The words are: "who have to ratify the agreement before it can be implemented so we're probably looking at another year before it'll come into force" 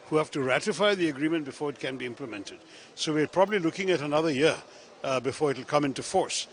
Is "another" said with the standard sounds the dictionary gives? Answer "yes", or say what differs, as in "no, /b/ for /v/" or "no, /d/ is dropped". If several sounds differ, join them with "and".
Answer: yes